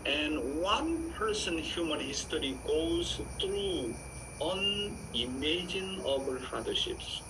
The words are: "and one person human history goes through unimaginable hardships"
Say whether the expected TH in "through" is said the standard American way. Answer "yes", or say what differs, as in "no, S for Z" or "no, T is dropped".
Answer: no, T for TH